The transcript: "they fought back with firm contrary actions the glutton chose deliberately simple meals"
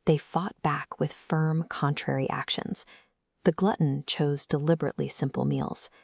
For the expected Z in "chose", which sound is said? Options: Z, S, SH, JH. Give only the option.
Z